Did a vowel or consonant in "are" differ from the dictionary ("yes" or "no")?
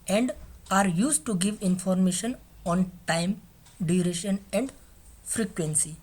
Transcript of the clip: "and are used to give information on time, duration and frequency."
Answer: no